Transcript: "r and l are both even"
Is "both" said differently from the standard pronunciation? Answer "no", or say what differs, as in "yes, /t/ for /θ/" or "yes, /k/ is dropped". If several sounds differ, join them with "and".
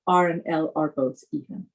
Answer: yes, /s/ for /θ/